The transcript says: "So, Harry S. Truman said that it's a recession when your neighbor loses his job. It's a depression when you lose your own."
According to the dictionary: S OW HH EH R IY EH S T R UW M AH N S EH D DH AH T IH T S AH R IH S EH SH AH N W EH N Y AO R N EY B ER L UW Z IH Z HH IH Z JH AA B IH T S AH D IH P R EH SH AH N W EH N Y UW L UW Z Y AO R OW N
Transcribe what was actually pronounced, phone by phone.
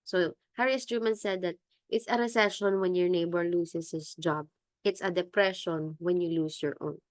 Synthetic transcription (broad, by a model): S OW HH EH R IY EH S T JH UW M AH N S EH D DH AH T IH T S AH R IH S EH SH AH N W EH N Y AO R N EY B ER L UW S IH S HH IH S JH AA B IH T S AH D IH P R EH SH AH N W EH N Y UW L UW S Y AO R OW N